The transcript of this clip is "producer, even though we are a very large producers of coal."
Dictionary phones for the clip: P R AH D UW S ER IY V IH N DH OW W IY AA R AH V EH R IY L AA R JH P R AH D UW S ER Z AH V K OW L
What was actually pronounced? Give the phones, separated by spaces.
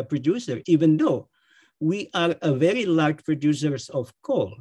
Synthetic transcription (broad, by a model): P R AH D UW S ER IY V IH N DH OW W IY AA R AH V EH R IY L AA R JH P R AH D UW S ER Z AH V K OW L